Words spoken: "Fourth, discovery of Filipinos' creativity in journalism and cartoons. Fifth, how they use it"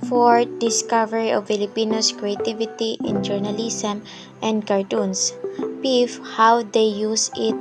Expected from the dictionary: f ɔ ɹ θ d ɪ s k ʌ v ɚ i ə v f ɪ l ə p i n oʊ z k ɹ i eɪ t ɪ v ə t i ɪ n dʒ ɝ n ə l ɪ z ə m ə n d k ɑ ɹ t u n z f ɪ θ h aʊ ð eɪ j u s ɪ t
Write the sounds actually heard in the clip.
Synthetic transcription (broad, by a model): f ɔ ɹ d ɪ s k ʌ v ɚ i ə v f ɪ l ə p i n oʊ s k ɹ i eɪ t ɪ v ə t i ɪ n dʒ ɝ n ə l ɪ s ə m ə n d k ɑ ɹ t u n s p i f h aʊ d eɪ j u s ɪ t